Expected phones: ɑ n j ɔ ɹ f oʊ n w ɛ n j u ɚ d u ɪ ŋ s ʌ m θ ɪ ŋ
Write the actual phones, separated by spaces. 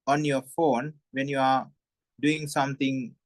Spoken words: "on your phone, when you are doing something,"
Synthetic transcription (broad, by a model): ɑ n j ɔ f oʊ n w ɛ n j u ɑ d u ɪ ŋ s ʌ m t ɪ ŋ